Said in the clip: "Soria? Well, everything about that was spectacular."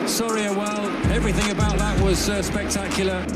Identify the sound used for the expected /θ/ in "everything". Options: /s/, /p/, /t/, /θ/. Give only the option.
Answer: /θ/